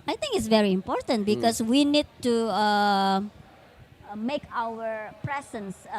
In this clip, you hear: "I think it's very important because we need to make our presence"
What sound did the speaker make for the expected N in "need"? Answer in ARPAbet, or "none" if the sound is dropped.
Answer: N